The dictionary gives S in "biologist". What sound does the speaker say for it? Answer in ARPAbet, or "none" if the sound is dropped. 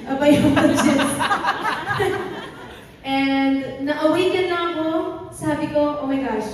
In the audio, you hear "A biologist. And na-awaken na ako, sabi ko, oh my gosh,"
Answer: none